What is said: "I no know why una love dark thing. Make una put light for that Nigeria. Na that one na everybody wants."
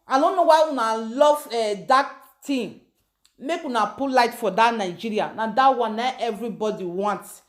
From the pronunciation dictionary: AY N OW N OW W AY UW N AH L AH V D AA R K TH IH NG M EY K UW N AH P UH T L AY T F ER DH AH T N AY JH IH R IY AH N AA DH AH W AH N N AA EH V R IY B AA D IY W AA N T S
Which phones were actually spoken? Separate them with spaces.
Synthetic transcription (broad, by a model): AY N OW N OW W AY UW N AH L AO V D AA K T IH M M EY K UW N AH P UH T L AY T F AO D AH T N AY JH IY R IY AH N AA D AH W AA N N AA EH V R IY B AA D IY W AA N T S